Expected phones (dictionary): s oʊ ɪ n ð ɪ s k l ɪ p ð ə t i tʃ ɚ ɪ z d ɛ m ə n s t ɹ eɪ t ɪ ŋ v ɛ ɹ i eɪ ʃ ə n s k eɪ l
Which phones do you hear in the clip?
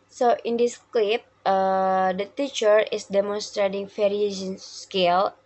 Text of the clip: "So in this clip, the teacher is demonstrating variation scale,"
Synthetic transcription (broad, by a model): s oʊ ɪ n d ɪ s k l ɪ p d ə t i tʃ ɚ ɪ s d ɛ m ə n s t ɹ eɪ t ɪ ŋ f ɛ ɹ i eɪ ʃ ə n s k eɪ l